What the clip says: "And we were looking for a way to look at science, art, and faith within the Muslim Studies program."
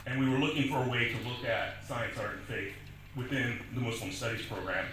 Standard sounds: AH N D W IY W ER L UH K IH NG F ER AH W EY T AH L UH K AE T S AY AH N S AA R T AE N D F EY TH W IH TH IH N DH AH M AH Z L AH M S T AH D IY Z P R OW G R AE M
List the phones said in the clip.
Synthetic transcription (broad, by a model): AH N W IY W ER L UH K IH NG F ER AH W EY T AH L UH K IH T S AY AH N S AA R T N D F EY TH W IH TH IH N DH AH M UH S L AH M S T AH D IY Z P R OW G R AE M